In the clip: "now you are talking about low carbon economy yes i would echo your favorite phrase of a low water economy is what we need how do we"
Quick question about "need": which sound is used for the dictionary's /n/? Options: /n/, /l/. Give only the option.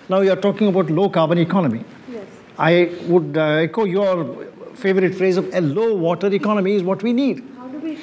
/n/